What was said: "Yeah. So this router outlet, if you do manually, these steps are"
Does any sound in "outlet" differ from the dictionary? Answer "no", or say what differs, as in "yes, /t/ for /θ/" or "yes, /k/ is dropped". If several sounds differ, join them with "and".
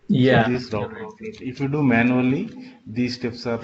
yes, /l/ is dropped